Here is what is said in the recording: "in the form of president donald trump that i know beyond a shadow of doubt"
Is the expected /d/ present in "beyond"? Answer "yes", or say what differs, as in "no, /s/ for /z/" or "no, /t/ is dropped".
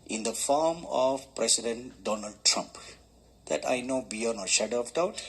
no, /d/ is dropped